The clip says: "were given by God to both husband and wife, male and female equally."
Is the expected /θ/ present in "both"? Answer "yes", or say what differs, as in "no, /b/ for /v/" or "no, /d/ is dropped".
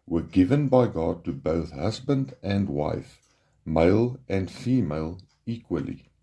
yes